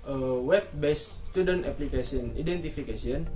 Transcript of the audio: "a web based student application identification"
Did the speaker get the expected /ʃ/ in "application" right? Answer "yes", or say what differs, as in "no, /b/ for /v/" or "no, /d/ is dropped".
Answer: no, /s/ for /ʃ/